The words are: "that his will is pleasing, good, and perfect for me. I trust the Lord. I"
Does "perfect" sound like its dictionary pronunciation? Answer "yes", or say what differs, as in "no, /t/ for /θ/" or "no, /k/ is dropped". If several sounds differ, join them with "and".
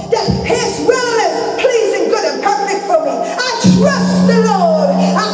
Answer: no, /k/ is dropped